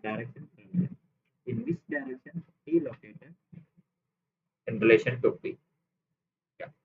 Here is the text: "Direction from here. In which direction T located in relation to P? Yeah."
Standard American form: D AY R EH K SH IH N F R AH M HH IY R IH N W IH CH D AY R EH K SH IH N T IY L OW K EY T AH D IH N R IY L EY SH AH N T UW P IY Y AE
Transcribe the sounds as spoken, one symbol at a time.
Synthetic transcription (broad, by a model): D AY R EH K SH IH N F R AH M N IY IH N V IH S D AY R EH K SH IH N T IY L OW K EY T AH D IH N R IY L EY SH AH N T UW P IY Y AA